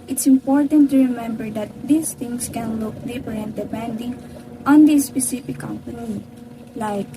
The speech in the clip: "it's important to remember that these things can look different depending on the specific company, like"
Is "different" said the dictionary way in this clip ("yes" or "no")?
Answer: no